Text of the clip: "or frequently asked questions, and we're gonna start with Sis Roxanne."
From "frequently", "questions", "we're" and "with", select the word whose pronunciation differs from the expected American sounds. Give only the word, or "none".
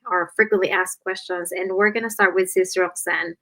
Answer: none